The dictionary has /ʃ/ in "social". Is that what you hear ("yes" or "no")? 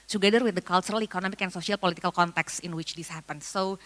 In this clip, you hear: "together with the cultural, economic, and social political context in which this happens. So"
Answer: no